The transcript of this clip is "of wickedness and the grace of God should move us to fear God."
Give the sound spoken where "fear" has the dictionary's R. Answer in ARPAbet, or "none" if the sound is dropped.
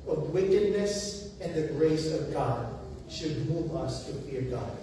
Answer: R